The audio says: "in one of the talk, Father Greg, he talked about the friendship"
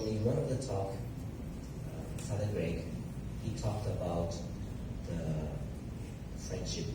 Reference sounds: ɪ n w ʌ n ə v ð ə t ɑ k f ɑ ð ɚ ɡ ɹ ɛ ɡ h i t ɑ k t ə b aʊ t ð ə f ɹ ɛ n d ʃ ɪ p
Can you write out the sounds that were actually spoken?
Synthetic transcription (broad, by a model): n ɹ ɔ ə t ð ə t ɑ k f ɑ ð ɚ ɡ ɹ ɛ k h i t ɑ k t ə b aʊ t ð ə f ɹ ɛ n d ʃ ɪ p